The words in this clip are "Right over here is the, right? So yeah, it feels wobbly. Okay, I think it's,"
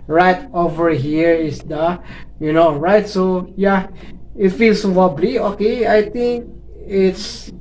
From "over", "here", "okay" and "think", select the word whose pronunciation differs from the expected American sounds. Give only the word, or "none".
think